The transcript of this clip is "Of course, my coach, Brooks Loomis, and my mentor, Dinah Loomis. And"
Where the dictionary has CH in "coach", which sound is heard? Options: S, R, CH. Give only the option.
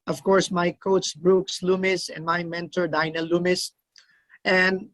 S